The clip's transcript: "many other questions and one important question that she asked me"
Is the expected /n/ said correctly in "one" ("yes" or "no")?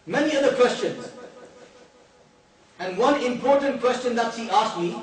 yes